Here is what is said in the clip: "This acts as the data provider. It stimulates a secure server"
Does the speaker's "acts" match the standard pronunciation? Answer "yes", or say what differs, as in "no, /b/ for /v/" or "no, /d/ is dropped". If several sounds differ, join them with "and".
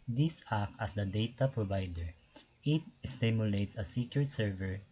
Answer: no, /s/ is dropped